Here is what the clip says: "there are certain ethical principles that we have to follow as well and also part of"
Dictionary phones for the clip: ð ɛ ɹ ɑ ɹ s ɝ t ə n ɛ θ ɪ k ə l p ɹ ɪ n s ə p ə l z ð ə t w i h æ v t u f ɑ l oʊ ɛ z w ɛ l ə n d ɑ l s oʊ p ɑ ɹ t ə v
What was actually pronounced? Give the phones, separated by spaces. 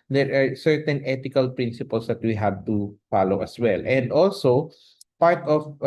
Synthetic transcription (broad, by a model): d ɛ ɹ ɑ ɹ s ɝ t ə n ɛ t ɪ k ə l p ɹ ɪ n s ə p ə l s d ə t w i h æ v t u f ɑ l oʊ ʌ s w ɛ l ə n d ɑ l s oʊ p ɑ ɹ t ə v